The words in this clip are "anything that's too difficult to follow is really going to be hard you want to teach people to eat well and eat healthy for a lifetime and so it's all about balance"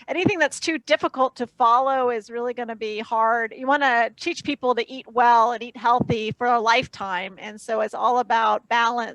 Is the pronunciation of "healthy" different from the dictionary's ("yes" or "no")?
no